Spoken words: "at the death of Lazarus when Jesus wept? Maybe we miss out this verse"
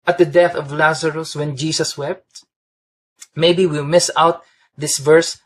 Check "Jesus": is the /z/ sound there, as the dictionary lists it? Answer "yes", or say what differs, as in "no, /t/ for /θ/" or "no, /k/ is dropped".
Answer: no, /s/ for /z/